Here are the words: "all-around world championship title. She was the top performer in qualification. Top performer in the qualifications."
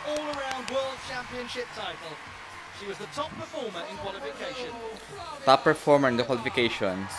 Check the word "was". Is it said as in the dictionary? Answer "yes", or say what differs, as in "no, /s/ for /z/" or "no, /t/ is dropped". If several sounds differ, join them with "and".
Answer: yes